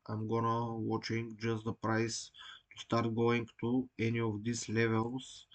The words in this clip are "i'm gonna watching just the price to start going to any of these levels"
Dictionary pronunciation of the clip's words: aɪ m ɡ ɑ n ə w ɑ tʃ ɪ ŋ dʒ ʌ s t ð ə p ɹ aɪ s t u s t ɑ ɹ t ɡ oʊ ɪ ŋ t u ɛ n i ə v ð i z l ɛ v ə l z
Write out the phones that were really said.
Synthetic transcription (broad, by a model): aɪ m ɡ ɑ n ə w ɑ tʃ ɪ ŋ dʒ ʌ s t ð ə p ɹ aɪ s t u s t ɑ ɹ t ɡ oʊ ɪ ŋ t u ɛ n i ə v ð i s l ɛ v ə l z